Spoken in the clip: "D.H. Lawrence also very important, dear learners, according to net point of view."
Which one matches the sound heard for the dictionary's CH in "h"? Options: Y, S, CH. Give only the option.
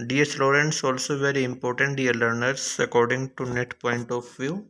S